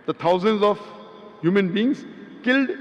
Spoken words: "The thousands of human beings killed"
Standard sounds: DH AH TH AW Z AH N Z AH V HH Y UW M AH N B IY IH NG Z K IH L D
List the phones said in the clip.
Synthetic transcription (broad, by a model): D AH T AW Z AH N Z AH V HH Y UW M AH N B IY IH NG S K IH L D